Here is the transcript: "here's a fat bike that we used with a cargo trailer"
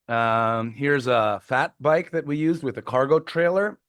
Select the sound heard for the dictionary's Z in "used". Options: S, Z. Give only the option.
Z